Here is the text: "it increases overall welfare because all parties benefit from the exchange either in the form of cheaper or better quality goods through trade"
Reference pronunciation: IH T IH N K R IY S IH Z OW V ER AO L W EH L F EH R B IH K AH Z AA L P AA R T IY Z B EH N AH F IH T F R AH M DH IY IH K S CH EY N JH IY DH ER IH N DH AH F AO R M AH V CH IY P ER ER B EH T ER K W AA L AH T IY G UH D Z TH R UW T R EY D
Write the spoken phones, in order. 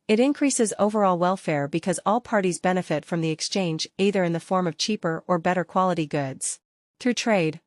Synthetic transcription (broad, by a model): IH T IH N K R IY S IH Z OW V ER AO L W EH L F EH R B IH K AH Z AA L P AA R T IY Z B EH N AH F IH T F R AH M DH IY IH K S CH EY N JH IY DH ER IH N DH AH F AO R M AH V CH IY P ER ER B EH T ER K W AA L AH T IY G UH D Z TH R UW T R EY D